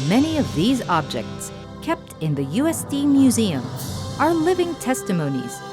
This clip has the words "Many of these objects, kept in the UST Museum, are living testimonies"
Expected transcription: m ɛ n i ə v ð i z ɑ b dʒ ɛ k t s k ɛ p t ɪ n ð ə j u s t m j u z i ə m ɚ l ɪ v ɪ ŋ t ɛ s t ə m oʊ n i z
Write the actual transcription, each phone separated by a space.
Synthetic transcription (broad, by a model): m ɛ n i ə v ð i z ɑ b dʒ ɛ k t s k ɛ p t ɪ n ð ə j u s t m j u z i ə m ɚ l ɪ v ɪ ŋ t ɛ s t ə m oʊ n i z